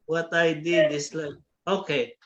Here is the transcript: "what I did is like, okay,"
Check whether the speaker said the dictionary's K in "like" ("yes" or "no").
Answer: no